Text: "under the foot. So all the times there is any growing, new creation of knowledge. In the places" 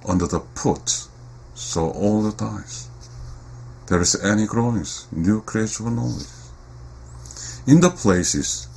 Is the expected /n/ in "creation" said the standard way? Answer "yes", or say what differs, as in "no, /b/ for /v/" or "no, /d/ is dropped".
no, /n/ is dropped